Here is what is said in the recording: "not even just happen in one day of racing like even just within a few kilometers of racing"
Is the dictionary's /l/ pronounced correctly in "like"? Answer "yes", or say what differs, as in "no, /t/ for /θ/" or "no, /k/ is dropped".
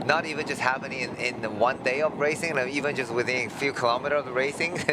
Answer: no, /n/ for /l/